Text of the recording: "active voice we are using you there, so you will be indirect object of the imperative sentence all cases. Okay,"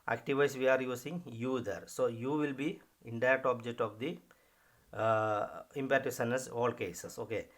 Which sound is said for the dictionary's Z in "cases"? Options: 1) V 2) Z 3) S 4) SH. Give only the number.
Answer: 3